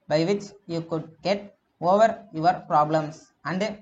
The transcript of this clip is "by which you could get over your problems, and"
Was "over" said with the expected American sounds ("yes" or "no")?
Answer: yes